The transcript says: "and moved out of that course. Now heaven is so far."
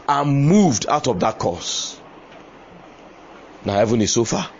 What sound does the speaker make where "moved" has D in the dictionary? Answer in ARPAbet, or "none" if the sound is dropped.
D